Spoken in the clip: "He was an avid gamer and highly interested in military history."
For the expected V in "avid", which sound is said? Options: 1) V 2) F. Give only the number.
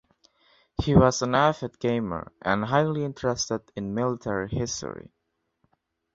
2